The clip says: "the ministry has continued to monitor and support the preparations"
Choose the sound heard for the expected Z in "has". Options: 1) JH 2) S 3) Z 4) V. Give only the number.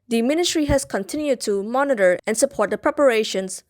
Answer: 2